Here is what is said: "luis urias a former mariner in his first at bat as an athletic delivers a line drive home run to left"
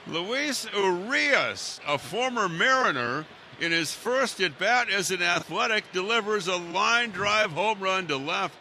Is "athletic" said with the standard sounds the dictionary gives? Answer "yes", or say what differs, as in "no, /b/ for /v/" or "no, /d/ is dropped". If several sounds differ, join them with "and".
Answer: yes